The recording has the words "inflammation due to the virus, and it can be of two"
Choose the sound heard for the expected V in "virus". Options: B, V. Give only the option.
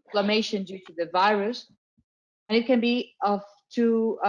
V